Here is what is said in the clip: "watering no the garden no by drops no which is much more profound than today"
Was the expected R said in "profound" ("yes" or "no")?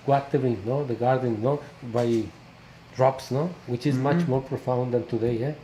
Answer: yes